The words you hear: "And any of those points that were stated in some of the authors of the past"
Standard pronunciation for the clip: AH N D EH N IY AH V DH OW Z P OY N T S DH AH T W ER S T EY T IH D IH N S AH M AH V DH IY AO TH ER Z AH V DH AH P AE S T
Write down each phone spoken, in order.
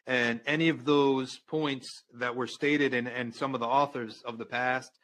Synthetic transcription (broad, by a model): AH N EH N IY AH V DH OW Z P OY N T S DH AH T W ER S T EY T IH D IH N S AH M AH V DH IY AO TH ER Z AH V DH AH P AE S T